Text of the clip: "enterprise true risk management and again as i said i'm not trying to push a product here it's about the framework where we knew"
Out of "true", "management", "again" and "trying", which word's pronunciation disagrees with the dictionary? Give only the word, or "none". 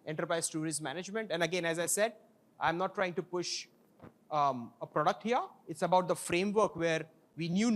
true